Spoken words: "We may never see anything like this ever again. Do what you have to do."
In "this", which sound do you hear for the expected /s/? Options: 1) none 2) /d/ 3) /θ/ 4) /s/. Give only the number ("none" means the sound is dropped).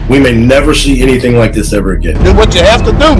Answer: 4